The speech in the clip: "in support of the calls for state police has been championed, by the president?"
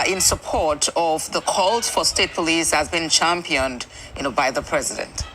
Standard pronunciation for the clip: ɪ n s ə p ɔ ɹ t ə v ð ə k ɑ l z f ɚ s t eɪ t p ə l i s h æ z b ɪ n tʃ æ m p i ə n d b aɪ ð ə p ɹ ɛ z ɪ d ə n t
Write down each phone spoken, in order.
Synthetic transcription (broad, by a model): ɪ n s ə p ɔ ɹ t ə v ð ə k ɑ l z f ɚ s t eɪ t p ə l i s h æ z b ɪ n tʃ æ m p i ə n d b aɪ ð ə p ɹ ɛ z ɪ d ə n t